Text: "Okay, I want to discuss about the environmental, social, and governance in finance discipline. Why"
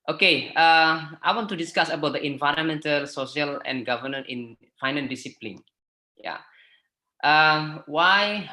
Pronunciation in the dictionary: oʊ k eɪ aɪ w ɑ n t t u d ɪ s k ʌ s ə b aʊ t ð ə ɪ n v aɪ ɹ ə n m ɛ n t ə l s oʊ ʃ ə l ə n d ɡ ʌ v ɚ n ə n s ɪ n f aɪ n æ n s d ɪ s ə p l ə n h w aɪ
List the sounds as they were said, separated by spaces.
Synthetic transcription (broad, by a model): oʊ k eɪ aɪ w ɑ n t t u d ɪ s k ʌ s ə b aʊ t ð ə ɪ n v aɪ ɹ ə n m ɛ n t ə l s oʊ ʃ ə l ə n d ɡ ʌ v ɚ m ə n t ɪ n f aɪ n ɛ n d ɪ s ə p l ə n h w aɪ